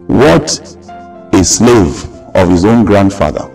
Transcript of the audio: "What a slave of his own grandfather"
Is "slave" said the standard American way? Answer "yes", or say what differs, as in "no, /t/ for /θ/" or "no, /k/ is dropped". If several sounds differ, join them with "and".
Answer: yes